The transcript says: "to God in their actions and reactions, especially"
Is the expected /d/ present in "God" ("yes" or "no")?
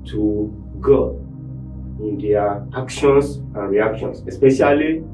no